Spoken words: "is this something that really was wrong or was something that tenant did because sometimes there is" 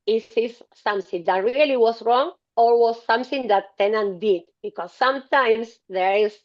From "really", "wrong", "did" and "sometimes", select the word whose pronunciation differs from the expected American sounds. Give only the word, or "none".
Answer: sometimes